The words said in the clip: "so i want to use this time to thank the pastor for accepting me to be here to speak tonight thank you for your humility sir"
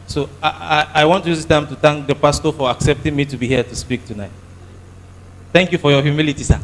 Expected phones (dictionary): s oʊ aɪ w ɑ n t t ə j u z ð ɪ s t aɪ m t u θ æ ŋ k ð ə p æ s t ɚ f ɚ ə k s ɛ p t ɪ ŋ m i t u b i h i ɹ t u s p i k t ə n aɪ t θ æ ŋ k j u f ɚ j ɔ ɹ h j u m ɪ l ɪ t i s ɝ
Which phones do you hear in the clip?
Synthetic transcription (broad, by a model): s oʊ aɪ w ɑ n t t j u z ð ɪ t aɪ m t u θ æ ŋ k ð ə p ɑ s t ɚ f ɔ ə k s ɛ p t ɪ ŋ m i t u b i h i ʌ t u s p i k t ə n aɪ t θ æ ŋ k j u f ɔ j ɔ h j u m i l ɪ t i s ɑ